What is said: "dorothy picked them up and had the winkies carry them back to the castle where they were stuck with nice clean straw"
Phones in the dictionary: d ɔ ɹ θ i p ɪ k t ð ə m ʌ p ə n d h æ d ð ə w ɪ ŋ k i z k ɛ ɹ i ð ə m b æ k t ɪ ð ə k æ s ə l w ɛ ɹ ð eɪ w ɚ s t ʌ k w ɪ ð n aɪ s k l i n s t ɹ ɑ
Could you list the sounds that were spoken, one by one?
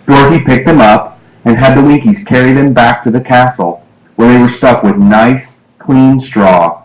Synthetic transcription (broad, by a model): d ɔ ɹ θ i p ɪ k t ð ə m ʌ p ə n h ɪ d ð ə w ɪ ŋ k i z k ɛ ɹ i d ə m b æ k t ɪ ð ə k æ s l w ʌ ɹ ð eɪ w ɚ s t ʌ k w ɪ ð n aɪ s k l i n s t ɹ ɑ